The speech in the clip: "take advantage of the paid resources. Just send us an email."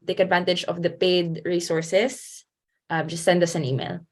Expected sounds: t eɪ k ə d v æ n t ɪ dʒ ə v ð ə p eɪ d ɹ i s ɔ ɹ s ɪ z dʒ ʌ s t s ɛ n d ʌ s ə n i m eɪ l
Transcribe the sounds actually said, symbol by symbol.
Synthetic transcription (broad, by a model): t eɪ k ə d v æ n t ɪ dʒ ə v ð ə p eɪ d ɹ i s ɔ ɹ s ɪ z dʒ ʌ s t s ɛ n d ʌ s ə n i m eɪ l